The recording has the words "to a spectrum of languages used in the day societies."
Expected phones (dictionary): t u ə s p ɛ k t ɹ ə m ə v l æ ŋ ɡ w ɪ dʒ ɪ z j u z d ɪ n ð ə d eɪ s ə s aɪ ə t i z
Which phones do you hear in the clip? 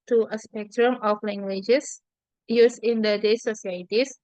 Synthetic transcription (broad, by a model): t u ə s p ɛ k t ɹ ə m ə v l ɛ ŋ ɡ w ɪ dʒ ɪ s j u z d ɪ n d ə d eɪ s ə s aɪ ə t i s